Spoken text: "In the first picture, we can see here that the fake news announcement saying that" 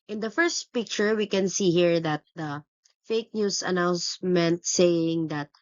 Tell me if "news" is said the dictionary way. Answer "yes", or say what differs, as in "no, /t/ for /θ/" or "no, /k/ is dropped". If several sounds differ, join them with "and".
no, /s/ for /z/